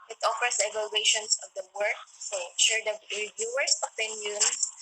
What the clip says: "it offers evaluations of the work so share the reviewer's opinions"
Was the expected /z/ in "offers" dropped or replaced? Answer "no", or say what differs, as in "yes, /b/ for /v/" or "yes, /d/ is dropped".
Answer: yes, /s/ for /z/